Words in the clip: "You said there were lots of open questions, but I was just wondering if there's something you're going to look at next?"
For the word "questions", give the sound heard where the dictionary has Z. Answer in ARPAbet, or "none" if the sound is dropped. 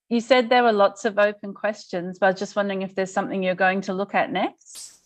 Z